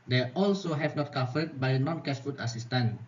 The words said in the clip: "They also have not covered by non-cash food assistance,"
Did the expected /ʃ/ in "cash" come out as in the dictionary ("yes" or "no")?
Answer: no